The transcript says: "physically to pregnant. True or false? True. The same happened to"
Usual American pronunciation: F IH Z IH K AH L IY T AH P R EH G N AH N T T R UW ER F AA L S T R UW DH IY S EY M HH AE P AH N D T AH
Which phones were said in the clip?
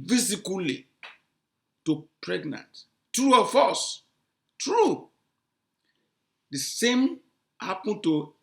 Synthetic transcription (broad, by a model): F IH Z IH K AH L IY T AH P R EH G N AH N T T R UW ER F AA S T R UW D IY S EY M HH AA P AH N T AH